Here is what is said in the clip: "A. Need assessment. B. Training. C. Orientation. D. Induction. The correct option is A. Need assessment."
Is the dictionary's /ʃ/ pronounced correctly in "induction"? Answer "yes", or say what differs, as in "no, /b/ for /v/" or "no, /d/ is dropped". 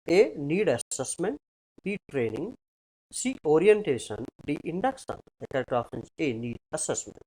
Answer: no, /s/ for /ʃ/